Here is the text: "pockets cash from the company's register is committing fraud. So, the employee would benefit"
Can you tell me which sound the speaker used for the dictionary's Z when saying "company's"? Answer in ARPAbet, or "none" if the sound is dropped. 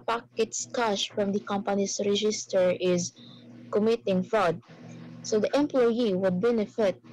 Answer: S